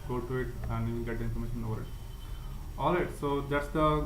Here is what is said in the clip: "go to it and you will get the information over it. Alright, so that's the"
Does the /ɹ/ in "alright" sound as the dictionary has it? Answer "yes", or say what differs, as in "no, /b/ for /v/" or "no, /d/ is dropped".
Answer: no, /ɹ/ is dropped